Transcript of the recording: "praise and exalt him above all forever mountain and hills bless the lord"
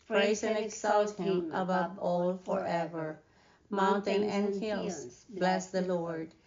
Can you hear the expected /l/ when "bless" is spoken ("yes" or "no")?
yes